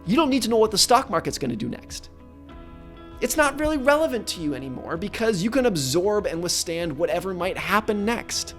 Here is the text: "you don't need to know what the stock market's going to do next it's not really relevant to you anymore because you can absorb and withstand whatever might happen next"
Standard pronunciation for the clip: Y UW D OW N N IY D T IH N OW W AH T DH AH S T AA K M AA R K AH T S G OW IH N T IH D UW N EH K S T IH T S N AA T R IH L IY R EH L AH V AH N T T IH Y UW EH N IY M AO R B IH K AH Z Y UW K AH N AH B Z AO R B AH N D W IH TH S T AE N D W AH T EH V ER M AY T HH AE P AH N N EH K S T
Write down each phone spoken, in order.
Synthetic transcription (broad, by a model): Y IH D OW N N IY D T IH N OW W AH T DH AH S T AA K M AA R K AH T S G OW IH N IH D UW N EH K S T IH T S N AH T R IH L IY R EH L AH V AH N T T IH Y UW EH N IY M AO R B IH K AH Z Y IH K AH N AH B Z AO R B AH N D W IH TH S T AE N D W AH T EH V ER M AY T HH AE P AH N N EH K S T